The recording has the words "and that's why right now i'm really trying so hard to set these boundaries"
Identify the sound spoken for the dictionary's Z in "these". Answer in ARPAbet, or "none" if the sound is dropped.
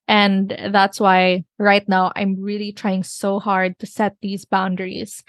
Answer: Z